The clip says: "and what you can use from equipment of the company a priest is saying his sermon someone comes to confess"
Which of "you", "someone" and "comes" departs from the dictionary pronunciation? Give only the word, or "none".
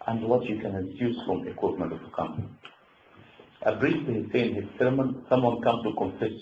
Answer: comes